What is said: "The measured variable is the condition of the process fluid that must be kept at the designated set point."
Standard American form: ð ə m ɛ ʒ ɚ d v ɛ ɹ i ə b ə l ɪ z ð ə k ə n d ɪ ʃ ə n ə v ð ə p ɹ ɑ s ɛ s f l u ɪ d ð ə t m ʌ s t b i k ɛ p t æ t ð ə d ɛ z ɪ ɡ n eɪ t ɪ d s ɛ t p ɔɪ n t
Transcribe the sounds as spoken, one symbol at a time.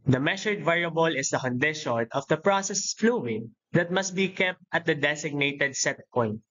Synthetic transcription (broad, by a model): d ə m ɛ ʃ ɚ d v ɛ ɹ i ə b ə l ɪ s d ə k ə n d ɪ ʃ ə n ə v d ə p ɹ ɑ s ɛ s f l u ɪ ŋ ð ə t m ʌ s t b i k ɛ p t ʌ t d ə d ɛ s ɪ ɡ n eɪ t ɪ d s ɛ t p ɔɪ n t